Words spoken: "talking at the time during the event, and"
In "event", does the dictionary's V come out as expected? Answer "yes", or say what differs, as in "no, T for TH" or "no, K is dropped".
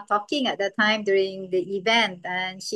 yes